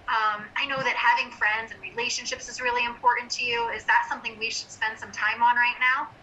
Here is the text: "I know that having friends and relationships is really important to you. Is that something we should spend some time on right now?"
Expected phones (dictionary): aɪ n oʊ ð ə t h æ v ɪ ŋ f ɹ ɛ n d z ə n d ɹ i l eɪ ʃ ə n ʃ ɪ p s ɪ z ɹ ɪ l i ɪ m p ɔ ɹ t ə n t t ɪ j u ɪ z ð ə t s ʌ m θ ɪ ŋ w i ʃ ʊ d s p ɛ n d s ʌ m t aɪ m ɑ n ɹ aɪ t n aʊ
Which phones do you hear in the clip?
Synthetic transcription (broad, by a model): aɪ n oʊ ð ə t h æ v ɪ ŋ f ɹ ɛ n d z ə n ɹ i l eɪ ʃ ə n ʃ ɪ p s ɪ z ɹ ɪ l i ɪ m p ɔ ɹ t n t t ɪ j u ɪ z ð ə t s ʌ m θ ɪ ŋ w i ʃ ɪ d s p ɛ n d s ʌ m t aɪ m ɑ n ɹ aɪ t n aʊ